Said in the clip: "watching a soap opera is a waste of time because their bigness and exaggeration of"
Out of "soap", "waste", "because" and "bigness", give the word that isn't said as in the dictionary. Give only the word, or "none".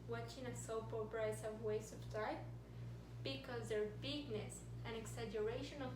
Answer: waste